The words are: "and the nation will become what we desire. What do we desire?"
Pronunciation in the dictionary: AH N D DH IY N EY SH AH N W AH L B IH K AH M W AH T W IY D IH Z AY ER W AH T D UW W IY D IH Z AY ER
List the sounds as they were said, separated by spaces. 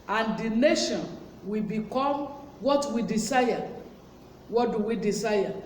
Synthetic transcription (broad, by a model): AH N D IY N EY SH AH N W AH B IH K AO M W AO T W IY D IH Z AY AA W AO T D UW W IY D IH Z AY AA